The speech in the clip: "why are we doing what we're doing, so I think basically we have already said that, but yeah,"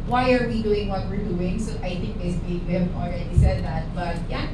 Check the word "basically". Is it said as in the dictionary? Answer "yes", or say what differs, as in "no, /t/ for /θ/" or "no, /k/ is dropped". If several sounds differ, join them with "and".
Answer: no, /s/ is dropped